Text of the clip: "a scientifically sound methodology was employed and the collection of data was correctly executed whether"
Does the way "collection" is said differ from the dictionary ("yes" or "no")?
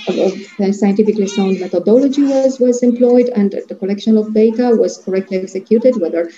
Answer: no